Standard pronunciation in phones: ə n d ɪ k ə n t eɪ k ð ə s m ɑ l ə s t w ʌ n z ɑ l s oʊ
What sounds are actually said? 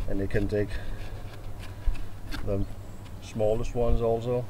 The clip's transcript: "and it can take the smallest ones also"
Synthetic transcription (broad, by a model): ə n ɪ k ə n t eɪ k ð ə s m ɑ l ə s t w ʌ n z ɑ l s oʊ